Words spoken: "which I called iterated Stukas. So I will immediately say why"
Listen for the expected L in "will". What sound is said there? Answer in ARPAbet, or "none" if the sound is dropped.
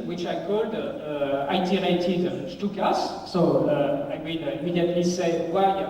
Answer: N